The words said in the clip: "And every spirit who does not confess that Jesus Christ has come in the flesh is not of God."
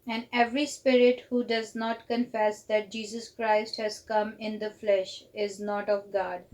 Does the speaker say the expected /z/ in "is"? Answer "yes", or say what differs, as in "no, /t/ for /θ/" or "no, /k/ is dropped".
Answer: yes